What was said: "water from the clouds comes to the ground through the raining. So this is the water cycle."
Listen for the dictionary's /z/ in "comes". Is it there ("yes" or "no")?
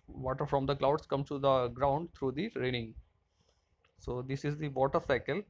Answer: no